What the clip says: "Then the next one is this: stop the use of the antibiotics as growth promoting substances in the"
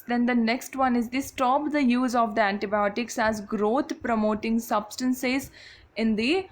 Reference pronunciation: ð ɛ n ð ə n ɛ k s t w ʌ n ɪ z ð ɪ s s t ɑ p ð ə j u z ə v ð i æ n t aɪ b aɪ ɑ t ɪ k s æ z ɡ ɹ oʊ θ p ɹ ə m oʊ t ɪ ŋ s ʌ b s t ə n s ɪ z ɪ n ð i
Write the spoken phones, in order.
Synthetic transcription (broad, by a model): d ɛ n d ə n ɛ k s t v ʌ n ɪ z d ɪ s s t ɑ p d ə j u z ə v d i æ n t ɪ b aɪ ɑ t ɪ k s æ z ɡ ɹ oʊ t p ɹ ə m oʊ t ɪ ŋ s ʌ b s t ə n s ɪ z ɪ n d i